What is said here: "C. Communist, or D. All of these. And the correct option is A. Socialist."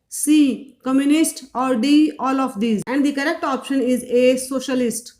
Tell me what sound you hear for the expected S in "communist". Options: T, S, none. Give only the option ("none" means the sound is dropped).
S